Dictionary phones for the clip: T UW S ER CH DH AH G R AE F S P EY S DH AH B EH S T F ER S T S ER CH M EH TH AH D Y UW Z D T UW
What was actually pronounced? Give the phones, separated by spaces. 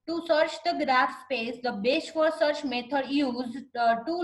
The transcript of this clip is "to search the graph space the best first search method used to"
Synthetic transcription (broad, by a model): T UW S ER CH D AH G R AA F S P EY S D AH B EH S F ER T S ER CH M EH T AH D Y UW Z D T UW